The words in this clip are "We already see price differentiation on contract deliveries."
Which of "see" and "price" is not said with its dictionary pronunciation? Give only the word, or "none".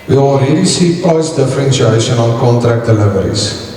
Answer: price